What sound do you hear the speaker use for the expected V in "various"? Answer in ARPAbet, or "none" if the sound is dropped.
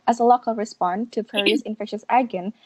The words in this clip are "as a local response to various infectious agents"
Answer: P